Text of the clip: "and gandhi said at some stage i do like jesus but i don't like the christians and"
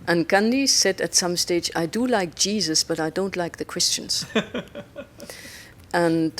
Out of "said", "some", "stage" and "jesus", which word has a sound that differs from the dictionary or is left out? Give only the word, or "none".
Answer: none